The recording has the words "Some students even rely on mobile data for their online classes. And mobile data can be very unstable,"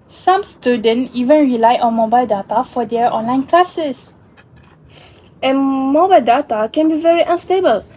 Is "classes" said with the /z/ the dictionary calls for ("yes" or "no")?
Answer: no